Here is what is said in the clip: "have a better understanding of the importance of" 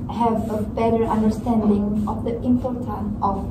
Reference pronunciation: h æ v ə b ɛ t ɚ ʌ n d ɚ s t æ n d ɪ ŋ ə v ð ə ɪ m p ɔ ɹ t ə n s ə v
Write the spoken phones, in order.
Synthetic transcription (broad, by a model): h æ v ə b ɛ t ɚ ʌ n d ɚ s t æ n d ɪ ŋ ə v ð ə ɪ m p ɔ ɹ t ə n ə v